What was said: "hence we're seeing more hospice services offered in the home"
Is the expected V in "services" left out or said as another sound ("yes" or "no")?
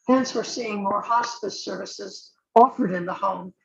no